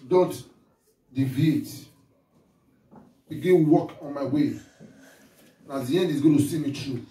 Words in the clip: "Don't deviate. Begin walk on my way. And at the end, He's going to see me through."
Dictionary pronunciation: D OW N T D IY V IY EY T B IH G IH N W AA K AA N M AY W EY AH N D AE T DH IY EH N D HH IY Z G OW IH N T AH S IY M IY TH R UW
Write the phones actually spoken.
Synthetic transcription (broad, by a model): D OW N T D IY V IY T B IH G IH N W AA K AA N M AY W EY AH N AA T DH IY EH N D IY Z G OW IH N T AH S IY M IY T R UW